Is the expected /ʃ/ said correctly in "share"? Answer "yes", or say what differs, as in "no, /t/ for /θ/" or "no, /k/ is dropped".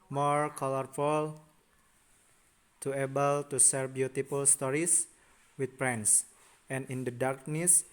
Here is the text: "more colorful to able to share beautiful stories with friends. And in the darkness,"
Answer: no, /s/ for /ʃ/